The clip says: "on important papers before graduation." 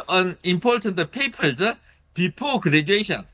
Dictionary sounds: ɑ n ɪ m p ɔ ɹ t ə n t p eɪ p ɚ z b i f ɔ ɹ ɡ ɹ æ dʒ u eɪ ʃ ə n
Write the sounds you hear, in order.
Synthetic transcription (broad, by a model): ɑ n ɪ m p ɔ ɹ t ə n t p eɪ p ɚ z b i p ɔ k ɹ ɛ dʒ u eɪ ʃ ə n